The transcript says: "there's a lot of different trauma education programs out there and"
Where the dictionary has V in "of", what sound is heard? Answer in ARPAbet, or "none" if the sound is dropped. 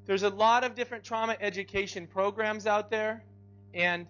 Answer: V